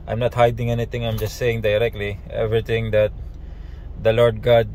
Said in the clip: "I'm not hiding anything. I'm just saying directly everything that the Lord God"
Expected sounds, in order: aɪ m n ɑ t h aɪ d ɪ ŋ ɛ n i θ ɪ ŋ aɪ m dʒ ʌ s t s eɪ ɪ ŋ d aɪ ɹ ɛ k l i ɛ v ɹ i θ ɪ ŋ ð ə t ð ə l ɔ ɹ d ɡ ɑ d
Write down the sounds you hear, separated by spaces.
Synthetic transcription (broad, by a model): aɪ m n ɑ t h aɪ d ɪ ŋ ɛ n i t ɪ ŋ aɪ m dʒ ʌ s t s eɪ ɪ ŋ d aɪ ɹ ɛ k l i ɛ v ɹ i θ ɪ ŋ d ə t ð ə l ɔ ɹ d ɡ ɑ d